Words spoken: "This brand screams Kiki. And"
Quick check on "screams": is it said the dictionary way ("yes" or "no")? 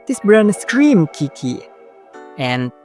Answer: no